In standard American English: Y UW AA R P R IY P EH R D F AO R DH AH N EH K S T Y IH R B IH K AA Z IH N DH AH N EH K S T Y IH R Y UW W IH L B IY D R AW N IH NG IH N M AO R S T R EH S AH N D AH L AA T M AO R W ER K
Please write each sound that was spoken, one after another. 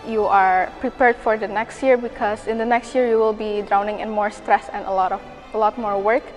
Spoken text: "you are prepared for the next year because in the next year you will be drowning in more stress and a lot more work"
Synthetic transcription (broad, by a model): Y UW AA R P R IY P EH R D F AO R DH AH N EH K S T Y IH R B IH K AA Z IH N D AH N EH K S T Y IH R Y UW W IH L B IY D R AW N IH NG IH N M AO R S T R EH S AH N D AH L AA T M AO R W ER K